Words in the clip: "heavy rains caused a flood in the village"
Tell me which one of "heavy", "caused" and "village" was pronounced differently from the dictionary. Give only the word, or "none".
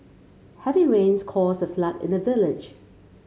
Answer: caused